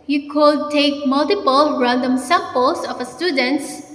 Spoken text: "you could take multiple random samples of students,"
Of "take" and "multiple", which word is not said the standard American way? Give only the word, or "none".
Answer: none